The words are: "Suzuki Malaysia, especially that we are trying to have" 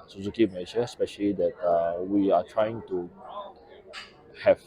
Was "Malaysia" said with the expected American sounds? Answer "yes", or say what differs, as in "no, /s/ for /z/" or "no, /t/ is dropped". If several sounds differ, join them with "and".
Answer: no, /n/ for /l/ and /ʃ/ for /ʒ/